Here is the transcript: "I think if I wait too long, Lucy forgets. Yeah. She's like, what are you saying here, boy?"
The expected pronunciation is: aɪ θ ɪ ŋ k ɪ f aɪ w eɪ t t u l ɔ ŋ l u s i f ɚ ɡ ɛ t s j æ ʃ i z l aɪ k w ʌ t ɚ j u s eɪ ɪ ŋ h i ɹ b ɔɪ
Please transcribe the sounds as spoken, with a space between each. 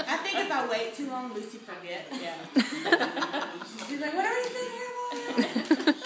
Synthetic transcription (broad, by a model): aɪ θ ɪ ŋ k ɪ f aɪ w eɪ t t u l ɔ ŋ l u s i f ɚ ɡ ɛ t j æ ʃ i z l aɪ k w ʌ t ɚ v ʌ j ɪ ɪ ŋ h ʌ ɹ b